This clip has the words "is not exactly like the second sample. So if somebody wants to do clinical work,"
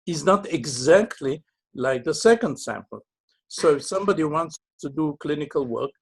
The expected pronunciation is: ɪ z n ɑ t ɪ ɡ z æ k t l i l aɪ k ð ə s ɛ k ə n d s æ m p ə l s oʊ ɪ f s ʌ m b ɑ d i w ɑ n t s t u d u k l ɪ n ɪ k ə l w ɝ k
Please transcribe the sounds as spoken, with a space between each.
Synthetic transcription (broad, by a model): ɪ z n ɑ t ɪ ɡ z æ k t l i l aɪ k ð ə s ɛ k ə n d s æ m p ə l s oʊ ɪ s ʌ m b ɑ d i w ɑ n t s t u d u k l ɪ n ɪ k ə l w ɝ k